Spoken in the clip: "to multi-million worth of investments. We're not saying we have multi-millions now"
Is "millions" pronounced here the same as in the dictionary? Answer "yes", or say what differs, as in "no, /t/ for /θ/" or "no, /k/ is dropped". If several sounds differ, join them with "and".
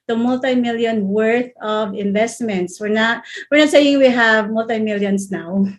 no, /s/ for /z/